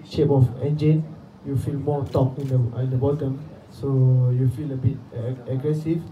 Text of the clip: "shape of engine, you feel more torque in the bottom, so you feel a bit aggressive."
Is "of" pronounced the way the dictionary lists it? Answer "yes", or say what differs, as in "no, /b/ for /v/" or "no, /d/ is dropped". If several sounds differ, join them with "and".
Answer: no, /f/ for /v/